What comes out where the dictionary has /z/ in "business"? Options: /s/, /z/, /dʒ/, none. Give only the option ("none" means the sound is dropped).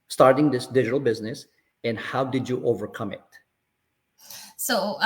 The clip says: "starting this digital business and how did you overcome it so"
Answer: /z/